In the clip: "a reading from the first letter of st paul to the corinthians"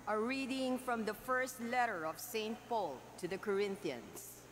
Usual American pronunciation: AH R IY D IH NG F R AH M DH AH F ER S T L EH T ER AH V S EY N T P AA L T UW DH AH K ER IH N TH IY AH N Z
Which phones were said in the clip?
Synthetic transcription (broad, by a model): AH R IY D IH NG F R AH M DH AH F ER S T L EH T ER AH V S EY N T P AA L T UW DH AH K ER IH N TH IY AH N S